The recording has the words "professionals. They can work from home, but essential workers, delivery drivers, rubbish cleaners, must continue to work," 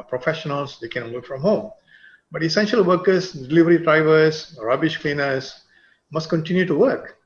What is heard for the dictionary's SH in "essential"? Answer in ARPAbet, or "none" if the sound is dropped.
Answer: SH